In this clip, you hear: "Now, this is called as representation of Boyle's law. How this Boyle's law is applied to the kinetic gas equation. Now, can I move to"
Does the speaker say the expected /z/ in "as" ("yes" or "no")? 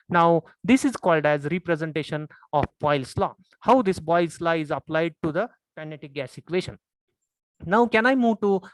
yes